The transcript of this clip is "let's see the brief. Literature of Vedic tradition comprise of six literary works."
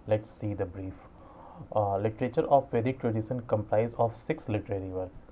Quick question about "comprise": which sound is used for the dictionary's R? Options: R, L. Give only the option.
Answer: L